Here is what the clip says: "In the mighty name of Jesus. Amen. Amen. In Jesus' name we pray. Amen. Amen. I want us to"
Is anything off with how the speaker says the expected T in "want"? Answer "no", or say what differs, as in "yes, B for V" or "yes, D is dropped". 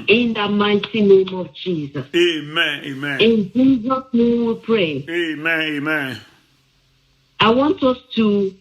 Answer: no